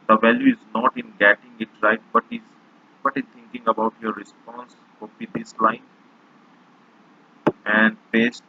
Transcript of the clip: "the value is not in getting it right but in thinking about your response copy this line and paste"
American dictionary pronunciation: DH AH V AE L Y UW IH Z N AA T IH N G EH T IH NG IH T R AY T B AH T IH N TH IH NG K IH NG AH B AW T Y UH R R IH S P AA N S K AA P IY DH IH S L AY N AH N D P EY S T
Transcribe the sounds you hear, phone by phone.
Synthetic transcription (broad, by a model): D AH V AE L Y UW IH Z N AA T IH N G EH T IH NG IH T R AY T B AH T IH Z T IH NG K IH NG AH B AW T Y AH R R IH S P AA N S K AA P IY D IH S L AY N AH N D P EY S T